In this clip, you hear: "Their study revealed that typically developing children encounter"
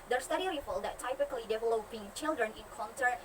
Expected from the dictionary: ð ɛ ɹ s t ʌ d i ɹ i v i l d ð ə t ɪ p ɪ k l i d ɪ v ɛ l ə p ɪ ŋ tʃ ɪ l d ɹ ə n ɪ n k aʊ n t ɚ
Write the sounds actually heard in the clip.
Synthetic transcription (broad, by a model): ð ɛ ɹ s t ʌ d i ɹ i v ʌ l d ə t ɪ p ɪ k l i d ɪ v ɛ l ə p ɪ ŋ tʃ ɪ l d ɹ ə n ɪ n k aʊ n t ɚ